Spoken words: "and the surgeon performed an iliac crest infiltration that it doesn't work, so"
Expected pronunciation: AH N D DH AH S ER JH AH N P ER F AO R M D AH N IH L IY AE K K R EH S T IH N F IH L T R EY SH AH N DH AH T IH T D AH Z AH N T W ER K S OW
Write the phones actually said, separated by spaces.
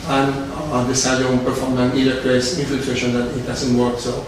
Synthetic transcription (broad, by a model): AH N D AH S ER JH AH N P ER F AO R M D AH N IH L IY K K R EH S IH N F IH L T R EY SH AH N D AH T IH T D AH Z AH N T W ER K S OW